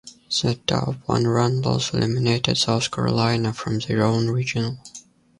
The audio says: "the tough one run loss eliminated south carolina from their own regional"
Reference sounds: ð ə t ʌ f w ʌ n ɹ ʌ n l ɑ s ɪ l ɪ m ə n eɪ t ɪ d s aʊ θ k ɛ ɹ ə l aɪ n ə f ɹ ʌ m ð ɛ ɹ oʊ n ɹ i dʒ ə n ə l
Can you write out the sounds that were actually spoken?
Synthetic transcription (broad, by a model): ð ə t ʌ p w ʌ n ɹ ʌ n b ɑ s ɪ l ɪ m ə n eɪ t ɪ d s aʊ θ k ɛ ɹ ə l aɪ n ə f ɹ ʌ m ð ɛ ɹ oʊ n ɹ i dʒ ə n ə l